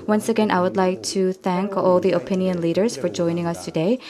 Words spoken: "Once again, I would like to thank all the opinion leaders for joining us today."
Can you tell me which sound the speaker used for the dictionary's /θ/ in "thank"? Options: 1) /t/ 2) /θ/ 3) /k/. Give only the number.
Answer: 2